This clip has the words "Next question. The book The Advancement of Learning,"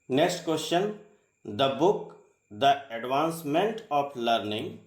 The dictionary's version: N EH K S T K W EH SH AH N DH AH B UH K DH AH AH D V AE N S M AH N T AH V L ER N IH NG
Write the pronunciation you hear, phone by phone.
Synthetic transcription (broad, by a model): N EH K S T K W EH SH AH N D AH B UH K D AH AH D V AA N S M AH N T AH P L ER N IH NG